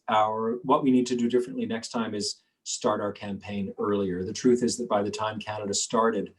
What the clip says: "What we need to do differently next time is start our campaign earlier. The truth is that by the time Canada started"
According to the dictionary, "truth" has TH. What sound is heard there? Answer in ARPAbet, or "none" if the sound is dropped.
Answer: TH